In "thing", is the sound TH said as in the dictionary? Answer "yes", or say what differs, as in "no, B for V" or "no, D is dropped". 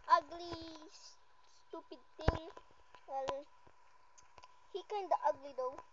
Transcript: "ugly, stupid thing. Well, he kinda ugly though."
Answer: no, T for TH